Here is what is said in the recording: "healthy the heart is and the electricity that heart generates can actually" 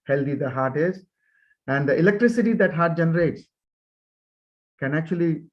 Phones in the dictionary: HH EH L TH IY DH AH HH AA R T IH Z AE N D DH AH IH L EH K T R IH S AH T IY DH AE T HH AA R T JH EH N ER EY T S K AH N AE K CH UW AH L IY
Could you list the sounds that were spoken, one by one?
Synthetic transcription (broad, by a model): HH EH L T IY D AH HH AA R T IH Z AE N D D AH IH L EH K T R IH S AH T IY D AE T HH AA R T JH EH N ER EY T S K AH N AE K CH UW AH L IY